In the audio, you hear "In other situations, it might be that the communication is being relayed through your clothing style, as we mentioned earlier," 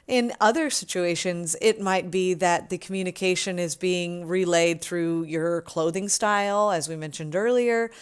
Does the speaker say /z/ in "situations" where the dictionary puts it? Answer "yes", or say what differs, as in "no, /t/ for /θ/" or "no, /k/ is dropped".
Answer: yes